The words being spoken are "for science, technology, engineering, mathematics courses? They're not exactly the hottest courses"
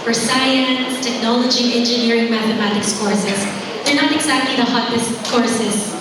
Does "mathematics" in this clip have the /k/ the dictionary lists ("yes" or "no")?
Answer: yes